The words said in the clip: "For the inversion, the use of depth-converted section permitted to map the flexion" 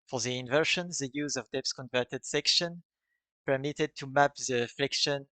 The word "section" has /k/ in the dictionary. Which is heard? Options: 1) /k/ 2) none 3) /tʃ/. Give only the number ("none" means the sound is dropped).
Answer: 1